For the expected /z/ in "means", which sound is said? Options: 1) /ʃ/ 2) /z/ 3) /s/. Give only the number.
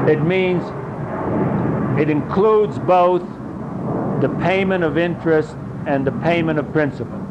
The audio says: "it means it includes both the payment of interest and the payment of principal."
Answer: 2